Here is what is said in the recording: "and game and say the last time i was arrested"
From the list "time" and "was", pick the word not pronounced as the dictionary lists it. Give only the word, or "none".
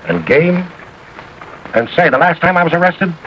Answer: none